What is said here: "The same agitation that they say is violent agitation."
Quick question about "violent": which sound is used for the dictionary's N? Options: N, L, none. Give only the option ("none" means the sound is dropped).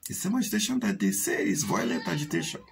none